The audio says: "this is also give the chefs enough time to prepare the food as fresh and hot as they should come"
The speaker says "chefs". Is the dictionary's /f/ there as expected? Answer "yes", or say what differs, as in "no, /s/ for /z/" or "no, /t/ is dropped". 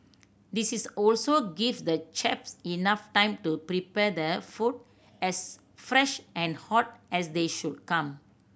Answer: no, /p/ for /f/